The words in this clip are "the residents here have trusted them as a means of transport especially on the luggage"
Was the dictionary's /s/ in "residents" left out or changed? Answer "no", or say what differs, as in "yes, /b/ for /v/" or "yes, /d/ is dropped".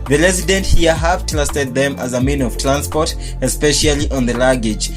yes, /s/ is dropped